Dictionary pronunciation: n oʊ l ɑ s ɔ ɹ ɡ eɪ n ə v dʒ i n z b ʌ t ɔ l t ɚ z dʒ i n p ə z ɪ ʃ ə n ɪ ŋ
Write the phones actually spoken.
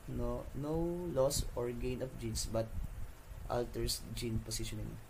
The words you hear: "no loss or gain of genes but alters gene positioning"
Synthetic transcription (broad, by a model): n oʊ l ɑ s ɔ ɹ ɡ eɪ n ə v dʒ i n s b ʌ t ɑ l t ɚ s dʒ i n p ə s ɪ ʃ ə n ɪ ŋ